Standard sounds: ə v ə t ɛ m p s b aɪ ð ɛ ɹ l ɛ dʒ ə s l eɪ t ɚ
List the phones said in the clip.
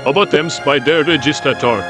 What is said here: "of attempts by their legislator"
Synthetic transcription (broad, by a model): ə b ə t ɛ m s b aɪ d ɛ ɹ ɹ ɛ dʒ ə s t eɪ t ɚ